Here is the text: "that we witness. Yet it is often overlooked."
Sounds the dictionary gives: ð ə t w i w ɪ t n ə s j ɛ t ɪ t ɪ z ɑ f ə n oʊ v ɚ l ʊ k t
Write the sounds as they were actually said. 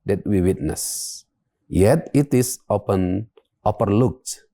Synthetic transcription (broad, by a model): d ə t w i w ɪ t n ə s j ɛ t ɪ t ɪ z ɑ p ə n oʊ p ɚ l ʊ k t